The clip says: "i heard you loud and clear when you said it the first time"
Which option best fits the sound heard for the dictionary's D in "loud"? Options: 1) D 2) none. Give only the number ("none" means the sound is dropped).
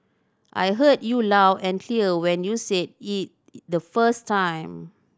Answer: 2